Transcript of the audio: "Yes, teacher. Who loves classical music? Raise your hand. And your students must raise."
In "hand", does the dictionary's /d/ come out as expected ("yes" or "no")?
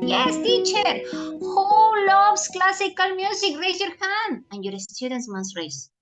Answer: no